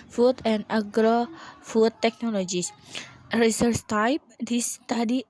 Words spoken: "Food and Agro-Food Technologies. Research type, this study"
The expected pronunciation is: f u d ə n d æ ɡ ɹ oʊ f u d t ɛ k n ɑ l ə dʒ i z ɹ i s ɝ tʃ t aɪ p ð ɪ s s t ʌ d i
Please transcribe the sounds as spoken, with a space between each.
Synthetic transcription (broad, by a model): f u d ə n d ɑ ɡ ɹ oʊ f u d t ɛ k n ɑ l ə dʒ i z ɹ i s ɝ s t aɪ p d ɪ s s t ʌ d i